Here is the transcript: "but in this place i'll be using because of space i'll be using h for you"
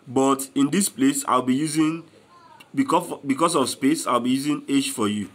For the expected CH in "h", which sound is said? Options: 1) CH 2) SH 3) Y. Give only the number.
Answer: 2